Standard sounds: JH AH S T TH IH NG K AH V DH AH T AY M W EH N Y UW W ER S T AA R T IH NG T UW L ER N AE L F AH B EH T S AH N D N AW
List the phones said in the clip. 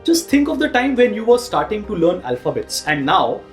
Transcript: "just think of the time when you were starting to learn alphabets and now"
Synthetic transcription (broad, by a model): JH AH S T T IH NG K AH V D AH T AY M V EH N Y UW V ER S T AA R T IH NG T UW L ER N AE L F AH B EH T S AH N D N AW